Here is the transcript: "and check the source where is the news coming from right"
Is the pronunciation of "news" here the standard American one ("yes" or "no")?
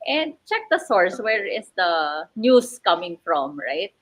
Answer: no